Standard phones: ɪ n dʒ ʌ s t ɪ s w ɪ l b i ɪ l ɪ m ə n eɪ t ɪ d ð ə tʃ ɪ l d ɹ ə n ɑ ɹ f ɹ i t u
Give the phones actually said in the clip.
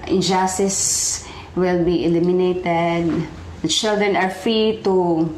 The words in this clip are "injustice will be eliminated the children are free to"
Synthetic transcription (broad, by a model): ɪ n dʒ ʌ s t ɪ s w ɪ l b i ɪ l ɪ m ə n eɪ t ɪ d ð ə tʃ ɪ l d ɹ ə n ɑ ɹ f ɹ i t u